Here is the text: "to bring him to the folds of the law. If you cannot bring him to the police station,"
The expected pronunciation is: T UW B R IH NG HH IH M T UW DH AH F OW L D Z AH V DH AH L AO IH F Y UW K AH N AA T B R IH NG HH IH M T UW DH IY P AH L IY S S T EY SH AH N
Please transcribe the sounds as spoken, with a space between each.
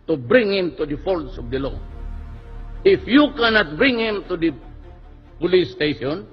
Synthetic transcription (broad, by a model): T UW B R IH NG HH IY M T UW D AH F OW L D S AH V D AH L AO IH F Y UW K AH N AA T B R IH NG HH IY M T UW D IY P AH L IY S S T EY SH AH N